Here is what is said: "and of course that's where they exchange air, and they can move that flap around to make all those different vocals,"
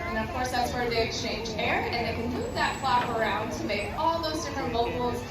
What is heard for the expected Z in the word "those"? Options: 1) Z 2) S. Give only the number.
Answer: 1